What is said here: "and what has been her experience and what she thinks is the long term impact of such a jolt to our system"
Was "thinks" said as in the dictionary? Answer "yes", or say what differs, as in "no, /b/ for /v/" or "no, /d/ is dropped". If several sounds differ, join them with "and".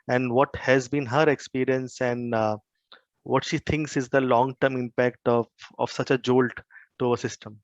no, /t/ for /θ/